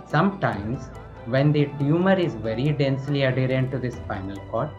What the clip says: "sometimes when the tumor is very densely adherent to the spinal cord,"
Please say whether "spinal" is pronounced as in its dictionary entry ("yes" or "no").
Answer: no